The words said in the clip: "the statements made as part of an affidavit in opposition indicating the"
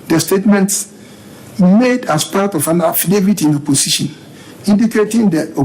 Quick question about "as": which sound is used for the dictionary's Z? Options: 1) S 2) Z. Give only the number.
1